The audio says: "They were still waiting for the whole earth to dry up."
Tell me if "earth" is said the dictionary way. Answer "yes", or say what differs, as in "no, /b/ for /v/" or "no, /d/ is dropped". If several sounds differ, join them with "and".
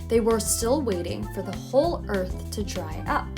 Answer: yes